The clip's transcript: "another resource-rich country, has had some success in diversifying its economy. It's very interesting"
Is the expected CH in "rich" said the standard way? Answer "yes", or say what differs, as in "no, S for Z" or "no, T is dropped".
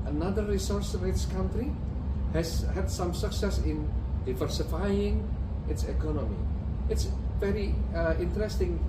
no, S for CH